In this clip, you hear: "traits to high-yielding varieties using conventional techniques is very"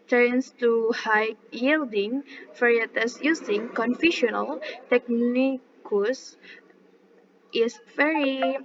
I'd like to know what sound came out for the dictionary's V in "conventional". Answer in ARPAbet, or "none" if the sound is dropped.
F